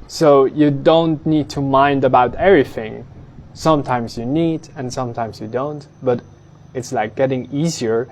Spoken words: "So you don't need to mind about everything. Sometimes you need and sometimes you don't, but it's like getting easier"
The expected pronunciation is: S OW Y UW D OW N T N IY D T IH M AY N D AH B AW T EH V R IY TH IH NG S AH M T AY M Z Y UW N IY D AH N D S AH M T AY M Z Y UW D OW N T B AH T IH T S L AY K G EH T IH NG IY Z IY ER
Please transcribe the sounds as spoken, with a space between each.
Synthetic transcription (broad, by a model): S OW Y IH D OW N T N IY D T IH M AY N D AH B AW T EH V R IY TH IH NG S AH M T AY M Z Y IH N IY D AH N S AH M T AY M Z Y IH D OW N T B AH T IH T S L AY K G EH T IH NG IY Z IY ER